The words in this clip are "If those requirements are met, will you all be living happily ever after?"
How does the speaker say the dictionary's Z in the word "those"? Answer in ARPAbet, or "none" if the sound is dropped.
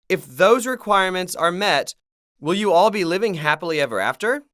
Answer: Z